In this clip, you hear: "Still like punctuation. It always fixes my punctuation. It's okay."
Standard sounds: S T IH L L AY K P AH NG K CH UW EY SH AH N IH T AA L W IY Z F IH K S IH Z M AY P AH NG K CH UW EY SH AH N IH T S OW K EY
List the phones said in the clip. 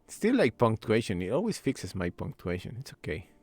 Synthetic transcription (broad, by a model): S T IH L L AY K P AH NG K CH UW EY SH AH N IH T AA L W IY S F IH K S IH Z M AY P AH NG K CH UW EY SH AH N IH T S OW K EY